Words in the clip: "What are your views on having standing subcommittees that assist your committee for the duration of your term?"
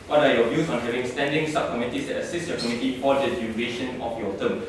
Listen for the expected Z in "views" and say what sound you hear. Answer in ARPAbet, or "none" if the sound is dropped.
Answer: S